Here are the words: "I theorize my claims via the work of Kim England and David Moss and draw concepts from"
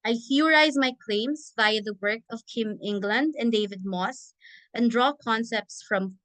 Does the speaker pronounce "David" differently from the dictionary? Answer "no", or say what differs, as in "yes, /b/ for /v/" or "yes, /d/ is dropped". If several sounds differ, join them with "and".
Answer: no